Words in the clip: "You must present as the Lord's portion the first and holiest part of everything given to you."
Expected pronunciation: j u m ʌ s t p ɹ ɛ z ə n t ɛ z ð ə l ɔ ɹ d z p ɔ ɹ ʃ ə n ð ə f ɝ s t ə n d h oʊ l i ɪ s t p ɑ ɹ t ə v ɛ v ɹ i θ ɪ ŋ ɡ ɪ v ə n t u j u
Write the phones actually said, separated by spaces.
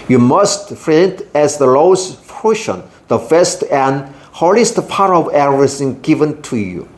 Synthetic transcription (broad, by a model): j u m ʌ s t f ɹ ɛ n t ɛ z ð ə l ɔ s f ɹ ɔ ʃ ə n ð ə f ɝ s t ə n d h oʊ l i s t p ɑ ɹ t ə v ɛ ɹ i s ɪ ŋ ɡ ɪ v ə n t u j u